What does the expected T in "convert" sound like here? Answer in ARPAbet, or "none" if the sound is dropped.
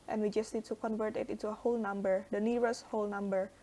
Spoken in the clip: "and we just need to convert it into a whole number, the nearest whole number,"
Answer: T